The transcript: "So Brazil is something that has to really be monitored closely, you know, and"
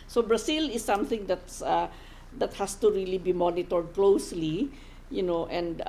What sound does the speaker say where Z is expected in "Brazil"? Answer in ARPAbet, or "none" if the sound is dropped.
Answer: S